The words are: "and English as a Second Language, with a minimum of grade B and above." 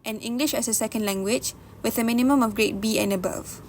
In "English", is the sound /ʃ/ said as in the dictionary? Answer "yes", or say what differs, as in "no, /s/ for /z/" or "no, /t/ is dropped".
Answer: yes